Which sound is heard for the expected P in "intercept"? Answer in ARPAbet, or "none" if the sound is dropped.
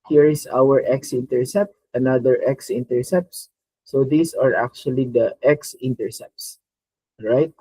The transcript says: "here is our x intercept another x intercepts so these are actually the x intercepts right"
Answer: P